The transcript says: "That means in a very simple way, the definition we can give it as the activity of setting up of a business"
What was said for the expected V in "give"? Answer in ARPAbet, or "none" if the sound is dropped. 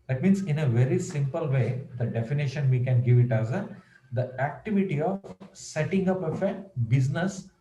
V